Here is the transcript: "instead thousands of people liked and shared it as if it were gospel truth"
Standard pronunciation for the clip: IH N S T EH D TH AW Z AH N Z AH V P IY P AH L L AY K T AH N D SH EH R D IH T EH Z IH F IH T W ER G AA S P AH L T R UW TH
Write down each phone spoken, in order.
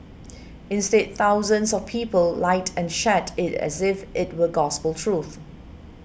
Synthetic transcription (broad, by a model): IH N S T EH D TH AW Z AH N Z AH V P IY P AH L L AY T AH N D SH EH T IH T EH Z IH F IH T W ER G AA S P AH L T R UW TH